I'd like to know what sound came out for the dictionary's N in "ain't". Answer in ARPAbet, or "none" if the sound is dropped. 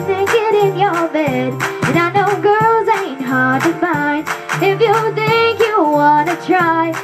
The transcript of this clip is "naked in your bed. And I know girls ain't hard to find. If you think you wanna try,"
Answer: N